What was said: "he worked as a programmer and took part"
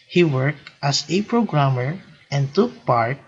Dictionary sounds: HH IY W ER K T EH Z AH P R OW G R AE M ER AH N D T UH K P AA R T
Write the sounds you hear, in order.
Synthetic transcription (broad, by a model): HH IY W ER K T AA S AH P R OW G R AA M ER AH N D T UH K P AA R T